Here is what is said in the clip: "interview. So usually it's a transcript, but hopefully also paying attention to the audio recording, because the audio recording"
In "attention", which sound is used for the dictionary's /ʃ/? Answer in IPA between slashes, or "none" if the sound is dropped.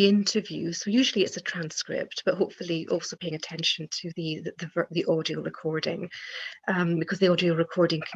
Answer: /ʃ/